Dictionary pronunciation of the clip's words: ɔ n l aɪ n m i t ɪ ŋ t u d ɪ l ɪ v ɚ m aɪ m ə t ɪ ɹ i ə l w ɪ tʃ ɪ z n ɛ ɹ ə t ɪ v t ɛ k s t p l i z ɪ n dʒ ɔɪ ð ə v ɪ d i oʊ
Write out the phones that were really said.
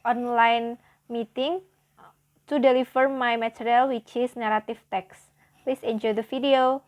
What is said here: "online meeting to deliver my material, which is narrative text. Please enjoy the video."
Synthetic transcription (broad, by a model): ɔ n l aɪ n m i t ɪ ŋ t u d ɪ l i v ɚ m aɪ m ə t ɹ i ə l w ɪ tʃ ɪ s n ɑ ɹ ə t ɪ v t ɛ k s p l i s ɪ n dʒ ɔɪ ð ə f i d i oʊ